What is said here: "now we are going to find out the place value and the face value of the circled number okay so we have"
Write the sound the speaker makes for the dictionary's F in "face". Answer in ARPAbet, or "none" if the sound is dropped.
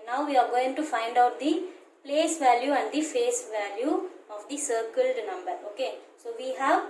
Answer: F